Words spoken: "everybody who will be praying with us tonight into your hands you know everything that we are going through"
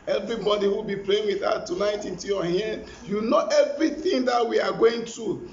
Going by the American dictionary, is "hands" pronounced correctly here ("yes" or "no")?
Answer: no